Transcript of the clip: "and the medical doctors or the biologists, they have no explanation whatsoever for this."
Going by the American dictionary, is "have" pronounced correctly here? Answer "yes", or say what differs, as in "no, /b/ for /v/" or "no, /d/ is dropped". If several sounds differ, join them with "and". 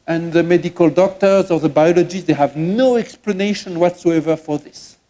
yes